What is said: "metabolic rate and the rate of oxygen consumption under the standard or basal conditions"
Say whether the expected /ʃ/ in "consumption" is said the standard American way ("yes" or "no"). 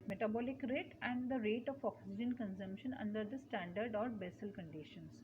yes